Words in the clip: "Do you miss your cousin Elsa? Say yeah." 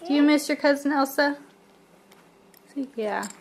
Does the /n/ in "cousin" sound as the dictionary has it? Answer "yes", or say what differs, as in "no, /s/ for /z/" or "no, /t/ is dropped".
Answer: yes